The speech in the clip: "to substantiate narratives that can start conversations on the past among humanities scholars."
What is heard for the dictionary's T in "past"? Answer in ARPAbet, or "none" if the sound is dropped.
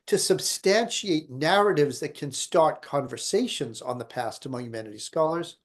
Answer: T